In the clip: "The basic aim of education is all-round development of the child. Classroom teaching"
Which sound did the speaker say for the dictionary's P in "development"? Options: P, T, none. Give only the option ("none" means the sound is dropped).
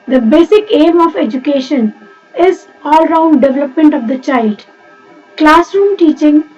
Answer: P